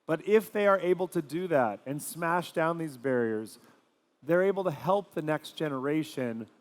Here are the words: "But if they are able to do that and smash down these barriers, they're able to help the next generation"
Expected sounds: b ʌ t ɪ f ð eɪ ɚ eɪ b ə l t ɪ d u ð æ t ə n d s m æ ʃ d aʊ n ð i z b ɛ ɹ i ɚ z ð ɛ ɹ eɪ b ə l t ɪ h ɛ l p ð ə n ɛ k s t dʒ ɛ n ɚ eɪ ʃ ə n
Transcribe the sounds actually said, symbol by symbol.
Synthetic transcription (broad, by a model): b ʌ t ɪ f ð eɪ ɚ eɪ b l t ɪ d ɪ ð æ t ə n s m æ ʃ d aʊ n ð i z b ɛ ɹ i ɚ z ð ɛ ɹ eɪ b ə l t ɪ h ɛ l p ð ə n ɛ k s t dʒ ɛ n ɚ eɪ ʃ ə n